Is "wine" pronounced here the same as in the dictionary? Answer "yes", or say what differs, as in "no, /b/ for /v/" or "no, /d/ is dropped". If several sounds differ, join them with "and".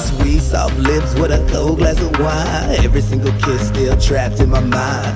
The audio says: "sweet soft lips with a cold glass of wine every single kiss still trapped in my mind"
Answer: no, /n/ is dropped